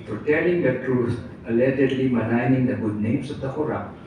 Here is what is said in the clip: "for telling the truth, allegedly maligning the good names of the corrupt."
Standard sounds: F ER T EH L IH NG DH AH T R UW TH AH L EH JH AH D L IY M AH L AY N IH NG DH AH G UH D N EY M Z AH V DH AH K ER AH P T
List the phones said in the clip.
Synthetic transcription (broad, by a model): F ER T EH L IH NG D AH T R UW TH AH L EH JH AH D L IY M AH N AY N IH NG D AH G UH D N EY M S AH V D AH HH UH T